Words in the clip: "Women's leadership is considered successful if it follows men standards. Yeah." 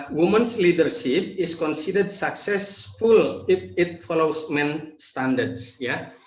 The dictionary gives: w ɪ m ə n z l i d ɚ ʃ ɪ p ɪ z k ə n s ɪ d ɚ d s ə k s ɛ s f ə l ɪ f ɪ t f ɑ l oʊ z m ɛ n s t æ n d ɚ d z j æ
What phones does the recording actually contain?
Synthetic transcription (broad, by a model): w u m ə n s l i d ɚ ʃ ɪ p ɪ s k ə n s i d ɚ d s ə k s ɛ s f ə l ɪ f ɪ t f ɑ l oʊ s m ɛ n s t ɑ n d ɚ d s j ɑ